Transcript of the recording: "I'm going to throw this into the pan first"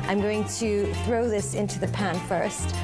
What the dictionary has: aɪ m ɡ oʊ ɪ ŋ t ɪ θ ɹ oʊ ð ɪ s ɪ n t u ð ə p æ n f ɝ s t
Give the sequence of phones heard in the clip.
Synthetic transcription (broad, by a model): aɪ m ɡ oʊ ɪ ŋ t ɪ θ ɹ oʊ ð ɪ s ɪ n t u ð ə p æ n f ɝ s t